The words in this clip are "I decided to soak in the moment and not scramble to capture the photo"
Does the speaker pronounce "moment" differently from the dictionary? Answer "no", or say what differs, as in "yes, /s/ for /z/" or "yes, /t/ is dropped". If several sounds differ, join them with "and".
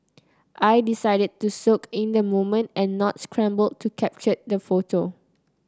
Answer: no